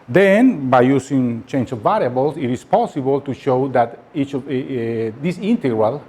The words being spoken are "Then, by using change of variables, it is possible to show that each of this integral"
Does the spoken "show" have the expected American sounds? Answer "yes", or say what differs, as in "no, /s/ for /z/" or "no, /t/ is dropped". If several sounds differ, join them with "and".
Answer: yes